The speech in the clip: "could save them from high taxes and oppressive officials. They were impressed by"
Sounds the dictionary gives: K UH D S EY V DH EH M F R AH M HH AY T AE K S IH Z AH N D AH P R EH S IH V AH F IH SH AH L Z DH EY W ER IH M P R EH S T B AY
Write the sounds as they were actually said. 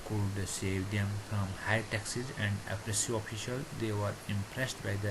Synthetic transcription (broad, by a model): K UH D S EY V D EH M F R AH M HH AY T AE K S IH Z AH N D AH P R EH S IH AH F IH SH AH L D EY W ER IH M P R EH S T B AY